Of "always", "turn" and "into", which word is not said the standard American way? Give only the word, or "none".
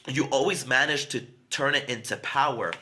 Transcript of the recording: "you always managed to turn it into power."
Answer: none